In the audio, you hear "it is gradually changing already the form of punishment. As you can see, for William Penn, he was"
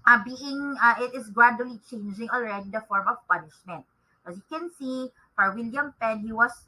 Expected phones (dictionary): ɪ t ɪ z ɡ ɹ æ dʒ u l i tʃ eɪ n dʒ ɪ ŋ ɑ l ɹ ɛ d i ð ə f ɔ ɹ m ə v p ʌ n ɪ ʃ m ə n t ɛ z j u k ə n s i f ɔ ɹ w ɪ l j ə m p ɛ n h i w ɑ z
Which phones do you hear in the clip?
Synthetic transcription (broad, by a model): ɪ t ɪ s ɡ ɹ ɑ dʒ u l i tʃ eɪ n dʒ ɪ ŋ ɑ l ɹ ɛ d i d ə f ɔ ɹ m ə v p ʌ n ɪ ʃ m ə n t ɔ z j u k ə n s i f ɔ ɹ w ɪ l j ə m p ɛ n h i w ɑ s